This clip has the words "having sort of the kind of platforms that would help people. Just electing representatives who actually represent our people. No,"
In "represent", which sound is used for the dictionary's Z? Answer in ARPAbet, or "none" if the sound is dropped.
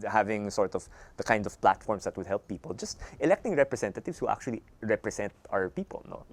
S